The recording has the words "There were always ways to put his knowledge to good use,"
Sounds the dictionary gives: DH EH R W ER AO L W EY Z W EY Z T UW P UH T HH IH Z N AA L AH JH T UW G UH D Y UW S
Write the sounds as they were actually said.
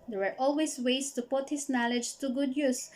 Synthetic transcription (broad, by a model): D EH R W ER AO L W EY S W EY S T UW P UH T HH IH S N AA L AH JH T UW G UH D Y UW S